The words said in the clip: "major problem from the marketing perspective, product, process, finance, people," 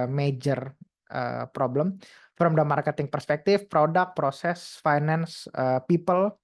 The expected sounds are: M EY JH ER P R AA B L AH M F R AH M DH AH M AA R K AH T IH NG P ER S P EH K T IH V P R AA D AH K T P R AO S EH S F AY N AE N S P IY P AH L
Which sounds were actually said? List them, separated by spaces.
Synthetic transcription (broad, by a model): M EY JH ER P R AA B L AH M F R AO M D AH M AA R K AH T IH NG P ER S P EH K T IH F P R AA D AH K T P R AO S EH S F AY N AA N S P IY P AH L